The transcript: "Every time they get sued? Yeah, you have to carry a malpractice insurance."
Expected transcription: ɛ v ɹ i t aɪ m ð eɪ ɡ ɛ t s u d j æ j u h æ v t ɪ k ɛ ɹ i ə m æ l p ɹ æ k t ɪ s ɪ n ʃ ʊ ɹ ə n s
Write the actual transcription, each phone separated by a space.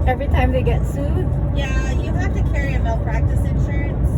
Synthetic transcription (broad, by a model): ɛ v ɹ i t aɪ m ð eɪ ɡ ɛ t s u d j æ j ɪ h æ f t ɪ k ɛ ɹ i ə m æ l p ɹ æ k t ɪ s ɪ n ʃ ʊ ɹ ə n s